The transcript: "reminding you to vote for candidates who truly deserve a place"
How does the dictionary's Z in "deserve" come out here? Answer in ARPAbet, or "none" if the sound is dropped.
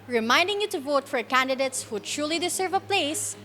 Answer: S